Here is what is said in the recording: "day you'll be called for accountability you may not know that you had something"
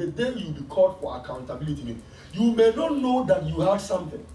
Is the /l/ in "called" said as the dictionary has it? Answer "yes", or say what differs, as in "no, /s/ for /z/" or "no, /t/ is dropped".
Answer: no, /l/ is dropped